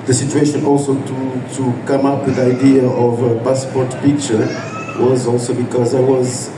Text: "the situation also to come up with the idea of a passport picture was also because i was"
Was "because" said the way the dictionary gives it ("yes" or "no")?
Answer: yes